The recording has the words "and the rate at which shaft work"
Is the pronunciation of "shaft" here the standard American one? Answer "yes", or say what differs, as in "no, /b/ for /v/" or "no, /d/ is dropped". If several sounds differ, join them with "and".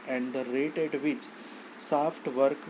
no, /s/ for /ʃ/